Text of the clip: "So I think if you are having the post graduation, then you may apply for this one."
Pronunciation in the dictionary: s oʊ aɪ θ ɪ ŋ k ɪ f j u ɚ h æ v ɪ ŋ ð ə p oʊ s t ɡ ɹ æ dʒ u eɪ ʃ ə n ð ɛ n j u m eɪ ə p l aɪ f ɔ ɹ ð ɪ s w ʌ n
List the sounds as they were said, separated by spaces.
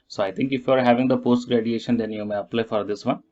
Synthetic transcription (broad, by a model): s oʊ aɪ t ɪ ŋ k ɪ f j u ɚ h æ v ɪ ŋ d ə p oʊ s t ɡ ɹ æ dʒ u eɪ ʃ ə n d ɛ n j u m eɪ ə p l aɪ f ɔ ɹ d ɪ s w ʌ n